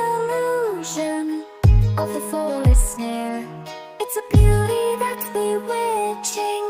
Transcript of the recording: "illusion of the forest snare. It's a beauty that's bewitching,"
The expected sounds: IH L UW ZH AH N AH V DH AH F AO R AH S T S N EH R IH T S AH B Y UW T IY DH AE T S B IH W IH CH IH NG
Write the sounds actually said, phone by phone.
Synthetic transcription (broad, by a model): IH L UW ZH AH N AH V DH AH F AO L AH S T S N EH R IH T S AH B Y UW T IY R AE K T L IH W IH CH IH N